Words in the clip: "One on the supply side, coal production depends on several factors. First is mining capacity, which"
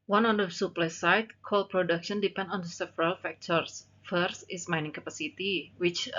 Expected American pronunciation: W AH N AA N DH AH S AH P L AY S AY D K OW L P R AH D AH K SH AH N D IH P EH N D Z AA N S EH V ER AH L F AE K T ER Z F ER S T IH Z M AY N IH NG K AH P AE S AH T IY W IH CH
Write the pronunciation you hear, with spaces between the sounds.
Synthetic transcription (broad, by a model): W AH N AA N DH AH S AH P L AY S AY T K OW L P R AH D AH K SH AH N D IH P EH N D AA N S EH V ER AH L F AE K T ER S F ER S T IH S M AY N IH NG K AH P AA S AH T IY W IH CH